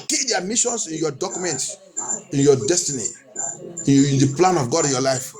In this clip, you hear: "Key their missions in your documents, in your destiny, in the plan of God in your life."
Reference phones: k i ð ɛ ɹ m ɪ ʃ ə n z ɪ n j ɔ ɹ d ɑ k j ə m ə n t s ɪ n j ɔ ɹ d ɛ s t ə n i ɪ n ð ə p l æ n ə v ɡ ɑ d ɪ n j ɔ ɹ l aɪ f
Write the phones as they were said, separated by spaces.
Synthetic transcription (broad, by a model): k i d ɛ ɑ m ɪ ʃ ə n s ɪ n j ɔ d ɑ k j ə m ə n t ɪ n j ɔ d ɛ s t ə n i ɪ n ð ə p l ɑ n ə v ɡ ɑ d ɪ n j ɔ l aɪ f